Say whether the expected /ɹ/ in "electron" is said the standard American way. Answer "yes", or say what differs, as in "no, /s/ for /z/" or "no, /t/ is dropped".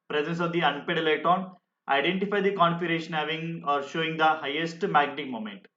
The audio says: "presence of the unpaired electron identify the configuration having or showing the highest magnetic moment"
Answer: no, /ɹ/ is dropped